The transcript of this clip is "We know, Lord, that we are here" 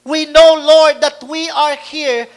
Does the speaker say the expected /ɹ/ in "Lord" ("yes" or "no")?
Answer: yes